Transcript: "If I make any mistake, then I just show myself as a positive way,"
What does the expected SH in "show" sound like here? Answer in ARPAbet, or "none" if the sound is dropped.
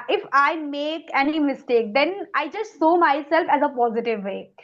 S